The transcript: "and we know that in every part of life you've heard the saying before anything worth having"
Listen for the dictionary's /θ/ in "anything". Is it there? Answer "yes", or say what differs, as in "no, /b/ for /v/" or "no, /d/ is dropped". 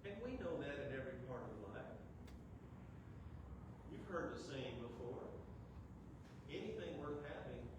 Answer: yes